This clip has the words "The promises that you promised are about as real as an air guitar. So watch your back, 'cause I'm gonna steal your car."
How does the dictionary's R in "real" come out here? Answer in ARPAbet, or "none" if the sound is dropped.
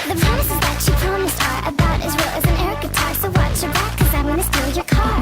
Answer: W